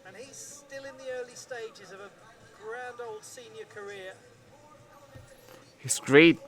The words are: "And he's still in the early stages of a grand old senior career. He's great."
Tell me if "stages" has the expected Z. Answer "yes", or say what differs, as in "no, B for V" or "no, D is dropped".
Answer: yes